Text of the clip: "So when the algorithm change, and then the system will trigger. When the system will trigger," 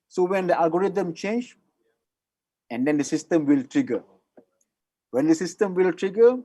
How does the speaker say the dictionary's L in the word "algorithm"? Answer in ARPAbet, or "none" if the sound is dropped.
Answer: none